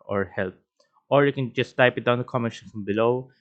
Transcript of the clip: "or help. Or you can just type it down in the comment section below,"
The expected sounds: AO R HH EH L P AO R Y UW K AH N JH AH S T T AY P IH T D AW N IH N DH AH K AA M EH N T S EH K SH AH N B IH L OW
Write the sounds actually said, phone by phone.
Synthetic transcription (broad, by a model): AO R HH EH L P AO R Y UW K AH N JH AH S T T AY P IH T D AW IH N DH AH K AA M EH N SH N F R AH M B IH L OW